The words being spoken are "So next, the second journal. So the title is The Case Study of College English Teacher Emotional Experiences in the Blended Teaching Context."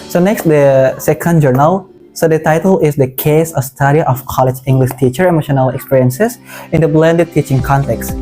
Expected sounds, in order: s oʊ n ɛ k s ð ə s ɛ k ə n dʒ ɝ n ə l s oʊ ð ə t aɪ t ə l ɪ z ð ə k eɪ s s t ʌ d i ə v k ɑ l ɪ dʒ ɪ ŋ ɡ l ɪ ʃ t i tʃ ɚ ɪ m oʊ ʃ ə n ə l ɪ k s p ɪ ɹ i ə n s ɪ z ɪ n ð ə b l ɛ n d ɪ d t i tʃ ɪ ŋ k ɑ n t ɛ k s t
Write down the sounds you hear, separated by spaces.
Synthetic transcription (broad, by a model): s oʊ n ɛ k s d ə s ɛ k ə n dʒ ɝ n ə l s oʊ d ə t aɪ t ə l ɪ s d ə k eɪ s s t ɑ d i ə f k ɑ l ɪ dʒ ɪ ŋ ɡ l ɪ ʃ t i tʃ ɚ ɪ m oʊ ʃ ə n ə l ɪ k s p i ɹ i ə n s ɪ s ɪ n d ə b l ɛ n d ɪ d t i tʃ ɪ ŋ k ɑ n t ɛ k s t